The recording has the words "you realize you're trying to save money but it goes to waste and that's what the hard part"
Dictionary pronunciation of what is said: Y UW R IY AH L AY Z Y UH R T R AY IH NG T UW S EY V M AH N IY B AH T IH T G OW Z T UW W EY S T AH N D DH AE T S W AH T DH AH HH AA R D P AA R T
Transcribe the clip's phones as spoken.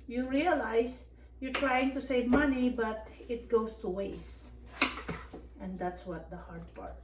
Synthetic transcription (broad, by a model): Y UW R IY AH L AY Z Y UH R T R AY IH NG T UW S EY V M AH N IY B AH T IH T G OW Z T UW W EY S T AH N D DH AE T S W AH T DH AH HH AA R D P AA R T